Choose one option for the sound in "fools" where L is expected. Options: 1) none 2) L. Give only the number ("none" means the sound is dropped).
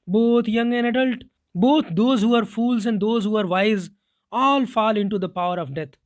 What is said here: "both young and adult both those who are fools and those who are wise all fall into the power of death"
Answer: 2